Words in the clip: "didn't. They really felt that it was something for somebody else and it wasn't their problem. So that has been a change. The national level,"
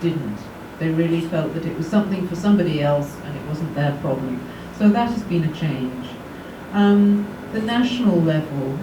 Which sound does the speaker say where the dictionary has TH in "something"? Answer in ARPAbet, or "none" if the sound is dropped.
TH